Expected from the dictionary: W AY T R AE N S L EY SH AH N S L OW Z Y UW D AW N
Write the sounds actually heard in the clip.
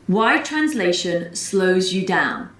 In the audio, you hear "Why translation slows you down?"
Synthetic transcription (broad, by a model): W AY T R AE N S L EY SH AH N S L OW Z Y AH D AW N